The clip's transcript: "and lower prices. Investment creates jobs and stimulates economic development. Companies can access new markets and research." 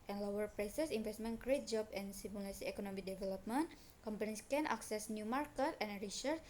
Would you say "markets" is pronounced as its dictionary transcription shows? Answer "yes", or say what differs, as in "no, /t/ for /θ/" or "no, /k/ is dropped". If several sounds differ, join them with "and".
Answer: no, /s/ is dropped